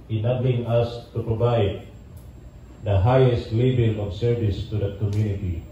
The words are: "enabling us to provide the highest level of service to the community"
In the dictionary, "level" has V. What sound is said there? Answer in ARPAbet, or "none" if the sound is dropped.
B